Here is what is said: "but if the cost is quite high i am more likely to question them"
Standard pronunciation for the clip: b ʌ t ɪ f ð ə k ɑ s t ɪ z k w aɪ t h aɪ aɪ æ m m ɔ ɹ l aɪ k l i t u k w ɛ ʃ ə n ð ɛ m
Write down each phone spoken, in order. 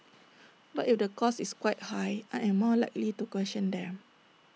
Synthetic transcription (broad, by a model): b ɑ t ɪ f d ə k ɑ s ɪ s k w aɪ t h aɪ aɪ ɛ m m ɔ l aɪ k l i t u k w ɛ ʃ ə n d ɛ m